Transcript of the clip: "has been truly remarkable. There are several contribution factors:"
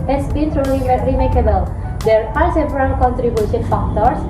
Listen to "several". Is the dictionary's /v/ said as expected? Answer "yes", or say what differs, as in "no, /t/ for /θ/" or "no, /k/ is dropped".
no, /p/ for /v/